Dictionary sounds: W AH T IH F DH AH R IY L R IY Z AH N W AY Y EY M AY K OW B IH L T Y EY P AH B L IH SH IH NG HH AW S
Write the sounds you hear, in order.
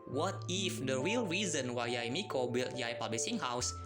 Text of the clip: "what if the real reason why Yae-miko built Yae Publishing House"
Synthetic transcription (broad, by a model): W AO T IH F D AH R IY L R IY Z AH N W AY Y M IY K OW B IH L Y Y P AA B L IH S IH NG HH AW S